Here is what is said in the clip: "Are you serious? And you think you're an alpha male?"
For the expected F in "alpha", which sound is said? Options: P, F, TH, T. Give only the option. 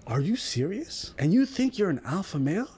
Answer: F